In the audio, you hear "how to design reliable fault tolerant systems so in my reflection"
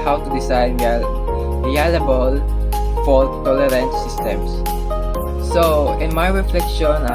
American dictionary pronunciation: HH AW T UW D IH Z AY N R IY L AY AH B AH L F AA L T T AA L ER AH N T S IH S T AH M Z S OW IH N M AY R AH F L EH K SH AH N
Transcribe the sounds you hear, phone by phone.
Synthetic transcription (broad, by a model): HH AW T UW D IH S AY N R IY L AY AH B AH L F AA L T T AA L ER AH N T S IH S T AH M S S OW IH N M AY R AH F L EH K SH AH N